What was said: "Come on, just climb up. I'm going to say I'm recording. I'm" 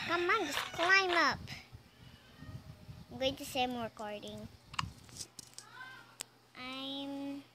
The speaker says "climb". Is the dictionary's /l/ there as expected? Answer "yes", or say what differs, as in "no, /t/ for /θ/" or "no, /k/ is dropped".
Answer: yes